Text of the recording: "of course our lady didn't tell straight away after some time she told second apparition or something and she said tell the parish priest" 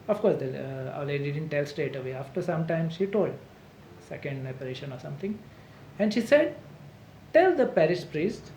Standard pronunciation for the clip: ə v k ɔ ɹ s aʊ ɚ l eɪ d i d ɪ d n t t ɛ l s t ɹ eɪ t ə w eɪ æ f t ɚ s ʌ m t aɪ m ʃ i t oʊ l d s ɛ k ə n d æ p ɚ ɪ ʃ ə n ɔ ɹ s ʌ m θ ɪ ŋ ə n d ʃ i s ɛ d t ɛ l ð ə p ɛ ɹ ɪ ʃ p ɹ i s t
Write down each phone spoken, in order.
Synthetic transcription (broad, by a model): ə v k ɔ ɹ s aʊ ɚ l eɪ d i d ɪ d n t t ɛ l s t eɪ t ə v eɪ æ f t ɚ s ʌ m t aɪ m ʃ i t oʊ l d s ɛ k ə n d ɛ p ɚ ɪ ʃ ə n ɔ ɹ s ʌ m t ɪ ŋ ə n d ʃ i s ɛ d t ɛ l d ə p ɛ ɹ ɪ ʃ p ɹ i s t